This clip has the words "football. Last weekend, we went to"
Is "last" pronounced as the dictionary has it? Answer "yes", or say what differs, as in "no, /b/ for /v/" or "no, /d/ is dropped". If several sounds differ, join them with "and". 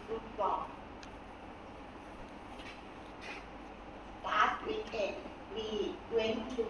no, /s/ is dropped